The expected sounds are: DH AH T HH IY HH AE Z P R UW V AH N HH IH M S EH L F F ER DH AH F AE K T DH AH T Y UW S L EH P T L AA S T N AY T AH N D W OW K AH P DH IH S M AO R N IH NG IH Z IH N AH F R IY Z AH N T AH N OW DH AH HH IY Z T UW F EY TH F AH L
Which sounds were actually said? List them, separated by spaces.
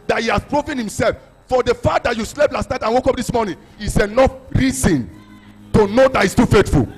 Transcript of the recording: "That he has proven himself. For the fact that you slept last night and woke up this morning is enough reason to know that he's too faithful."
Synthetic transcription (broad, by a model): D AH T HH IY HH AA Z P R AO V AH N HH IH M S EH L F F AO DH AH F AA T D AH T Y UW S L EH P L AA S T N AY T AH N W OW K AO P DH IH S M AO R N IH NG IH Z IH N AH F R IY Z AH N T AH N OW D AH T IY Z T UW F EY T F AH L